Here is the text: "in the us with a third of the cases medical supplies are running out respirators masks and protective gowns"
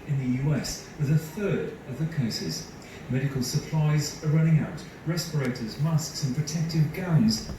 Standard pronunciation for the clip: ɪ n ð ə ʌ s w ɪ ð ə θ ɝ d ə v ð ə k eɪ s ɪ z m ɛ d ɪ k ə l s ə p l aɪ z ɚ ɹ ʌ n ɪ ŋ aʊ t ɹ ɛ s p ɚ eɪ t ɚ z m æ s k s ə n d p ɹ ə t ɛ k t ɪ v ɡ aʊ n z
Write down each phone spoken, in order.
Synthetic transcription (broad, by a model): ɪ n ð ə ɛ s w ɪ ð ə θ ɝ d ə v ð ə k eɪ s ɪ z m ɛ d ɪ k ə l s ə p l aɪ z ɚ ɹ ʌ n ɪ ŋ aʊ t ɹ ɛ s p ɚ eɪ t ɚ z m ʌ s k s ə n p ɹ ə t ɛ k t ɪ v ɡ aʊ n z